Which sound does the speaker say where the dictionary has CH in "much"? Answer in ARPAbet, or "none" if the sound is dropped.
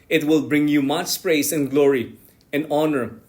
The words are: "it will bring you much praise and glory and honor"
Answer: S